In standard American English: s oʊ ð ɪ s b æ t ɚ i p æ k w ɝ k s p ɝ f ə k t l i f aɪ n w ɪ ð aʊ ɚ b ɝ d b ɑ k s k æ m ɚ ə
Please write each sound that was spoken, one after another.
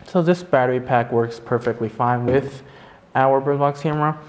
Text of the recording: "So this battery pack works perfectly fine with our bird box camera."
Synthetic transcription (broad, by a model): s oʊ ð ɪ s b æ t ɚ i p æ k w ɝ k s p ɝ f ə k t l i f aɪ n w ɪ ð aʊ ɚ b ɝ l b ɑ k s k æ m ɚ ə